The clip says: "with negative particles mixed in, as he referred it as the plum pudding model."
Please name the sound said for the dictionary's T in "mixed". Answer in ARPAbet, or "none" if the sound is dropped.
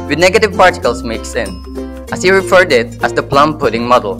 none